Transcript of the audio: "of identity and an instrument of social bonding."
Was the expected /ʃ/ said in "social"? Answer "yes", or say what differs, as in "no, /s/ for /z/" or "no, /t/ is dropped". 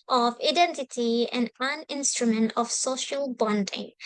yes